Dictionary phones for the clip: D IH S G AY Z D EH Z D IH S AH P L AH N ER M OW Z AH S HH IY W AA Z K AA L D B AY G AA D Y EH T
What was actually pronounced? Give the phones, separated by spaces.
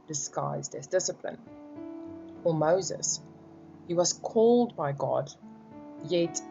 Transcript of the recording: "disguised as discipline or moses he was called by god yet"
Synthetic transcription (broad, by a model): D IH S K AY Z D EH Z D IH S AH P L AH N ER M OW Z AH S HH IY W AA Z K AA L D B AY G AA D Y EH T